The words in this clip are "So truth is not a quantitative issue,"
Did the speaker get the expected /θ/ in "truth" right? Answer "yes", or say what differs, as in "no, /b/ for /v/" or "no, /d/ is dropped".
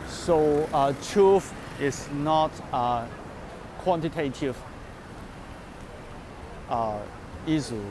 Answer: no, /f/ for /θ/